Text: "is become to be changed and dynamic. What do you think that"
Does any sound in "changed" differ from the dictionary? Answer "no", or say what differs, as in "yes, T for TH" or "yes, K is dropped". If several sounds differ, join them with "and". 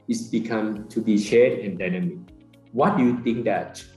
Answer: yes, SH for CH